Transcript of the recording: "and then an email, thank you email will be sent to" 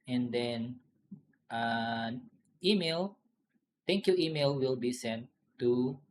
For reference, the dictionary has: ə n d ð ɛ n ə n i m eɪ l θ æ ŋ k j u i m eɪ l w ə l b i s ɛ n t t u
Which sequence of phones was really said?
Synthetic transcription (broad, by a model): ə n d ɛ n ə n i m eɪ l t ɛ ŋ k j u i m eɪ l w ə l b i s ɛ n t t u